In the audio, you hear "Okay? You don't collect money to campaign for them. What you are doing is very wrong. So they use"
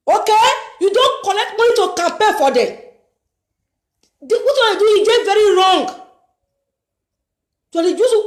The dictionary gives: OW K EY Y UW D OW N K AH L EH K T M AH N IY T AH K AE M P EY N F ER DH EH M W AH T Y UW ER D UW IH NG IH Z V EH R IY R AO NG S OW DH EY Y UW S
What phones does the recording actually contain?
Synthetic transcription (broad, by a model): OW K EY Y UW D OW N K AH N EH K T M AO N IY T AH K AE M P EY F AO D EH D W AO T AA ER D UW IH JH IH V EH R IY R AO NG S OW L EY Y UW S